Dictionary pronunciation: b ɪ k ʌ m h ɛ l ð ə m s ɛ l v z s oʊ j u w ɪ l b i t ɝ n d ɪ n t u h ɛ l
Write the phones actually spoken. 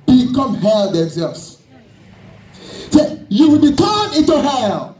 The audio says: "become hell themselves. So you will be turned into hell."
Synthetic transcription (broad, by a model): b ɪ k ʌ m h ɛ l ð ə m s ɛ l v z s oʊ j u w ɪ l b i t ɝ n ɪ n t u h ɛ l